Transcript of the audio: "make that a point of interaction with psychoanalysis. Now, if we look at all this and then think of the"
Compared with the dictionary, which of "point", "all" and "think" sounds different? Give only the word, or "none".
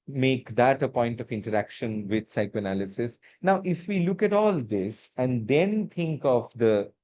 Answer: think